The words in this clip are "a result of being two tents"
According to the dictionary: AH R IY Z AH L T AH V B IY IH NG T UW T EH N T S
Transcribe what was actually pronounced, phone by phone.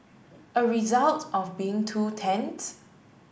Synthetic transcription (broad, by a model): AH R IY Z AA L T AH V B IY IH NG T UW T EH N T